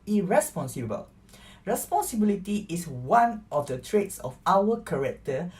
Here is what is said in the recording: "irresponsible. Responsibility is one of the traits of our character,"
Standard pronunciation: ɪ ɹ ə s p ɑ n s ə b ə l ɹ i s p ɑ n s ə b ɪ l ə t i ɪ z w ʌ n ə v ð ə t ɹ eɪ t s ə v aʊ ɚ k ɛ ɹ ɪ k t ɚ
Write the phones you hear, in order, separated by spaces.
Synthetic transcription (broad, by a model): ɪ ɹ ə s p ɑ n s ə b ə l ɹ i s p ɑ n s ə b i l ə t i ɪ s w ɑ n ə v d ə t ɹ eɪ t s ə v aʊ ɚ k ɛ ɹ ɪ k t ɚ